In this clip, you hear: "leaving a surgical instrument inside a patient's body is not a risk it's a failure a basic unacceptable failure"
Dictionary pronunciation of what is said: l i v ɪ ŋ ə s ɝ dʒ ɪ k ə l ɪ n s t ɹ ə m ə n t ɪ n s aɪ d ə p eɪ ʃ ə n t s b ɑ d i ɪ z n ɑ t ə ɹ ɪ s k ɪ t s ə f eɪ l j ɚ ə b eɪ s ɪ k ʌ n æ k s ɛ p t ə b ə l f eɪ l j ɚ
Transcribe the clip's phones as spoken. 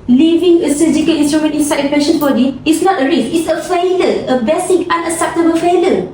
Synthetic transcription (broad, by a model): l i v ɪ ŋ ə s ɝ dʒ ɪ k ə l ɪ n s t ɹ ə m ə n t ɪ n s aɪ ə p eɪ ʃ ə n b ɑ d i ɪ s n ɑ t ə ɹ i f ɪ t s ə f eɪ l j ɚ ə b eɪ s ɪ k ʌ n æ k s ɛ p t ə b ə l f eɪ l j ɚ